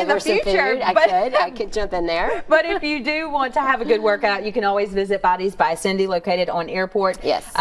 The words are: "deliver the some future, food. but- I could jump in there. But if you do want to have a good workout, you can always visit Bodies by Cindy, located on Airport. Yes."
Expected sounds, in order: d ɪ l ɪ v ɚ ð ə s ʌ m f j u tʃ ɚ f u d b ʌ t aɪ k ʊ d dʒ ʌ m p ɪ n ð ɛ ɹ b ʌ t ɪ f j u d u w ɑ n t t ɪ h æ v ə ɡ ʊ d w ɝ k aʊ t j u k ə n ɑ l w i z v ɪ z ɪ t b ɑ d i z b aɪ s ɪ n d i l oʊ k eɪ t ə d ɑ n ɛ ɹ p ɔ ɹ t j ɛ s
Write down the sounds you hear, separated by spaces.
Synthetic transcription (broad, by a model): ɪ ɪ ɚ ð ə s f j u tʃ ɚ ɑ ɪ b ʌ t aɪ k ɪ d dʒ ʌ m p ɪ n ð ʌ ɹ b ʌ t ɪ f j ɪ d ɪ w ɑ n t t ɪ v ə ɡ ʊ d w ɝ k aʊ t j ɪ k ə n ɑ l w i z v ɪ z ɪ t b ɑ d i z b aɪ s ɪ n d i l oʊ k eɪ t ə d n ɛ ɹ p ɔ ɹ t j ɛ s